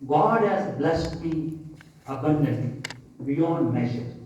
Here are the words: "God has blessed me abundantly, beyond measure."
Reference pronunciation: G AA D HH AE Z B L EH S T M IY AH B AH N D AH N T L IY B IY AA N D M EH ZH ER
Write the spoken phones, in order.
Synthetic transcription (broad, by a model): G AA D HH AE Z B L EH S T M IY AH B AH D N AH T IY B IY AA N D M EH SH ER